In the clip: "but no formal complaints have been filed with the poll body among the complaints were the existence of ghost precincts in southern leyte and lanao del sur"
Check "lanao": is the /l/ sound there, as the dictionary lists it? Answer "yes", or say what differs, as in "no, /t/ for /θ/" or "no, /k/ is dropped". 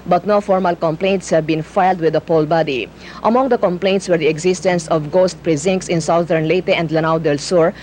yes